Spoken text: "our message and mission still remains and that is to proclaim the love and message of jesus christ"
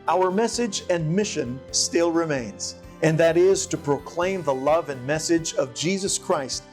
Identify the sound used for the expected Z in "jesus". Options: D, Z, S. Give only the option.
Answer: Z